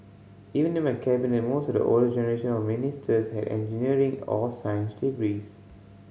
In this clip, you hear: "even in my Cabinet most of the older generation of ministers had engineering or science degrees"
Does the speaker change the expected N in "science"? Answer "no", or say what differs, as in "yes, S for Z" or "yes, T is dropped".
no